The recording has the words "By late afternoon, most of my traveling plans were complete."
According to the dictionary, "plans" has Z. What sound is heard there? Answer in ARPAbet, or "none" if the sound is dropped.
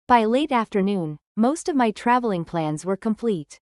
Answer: Z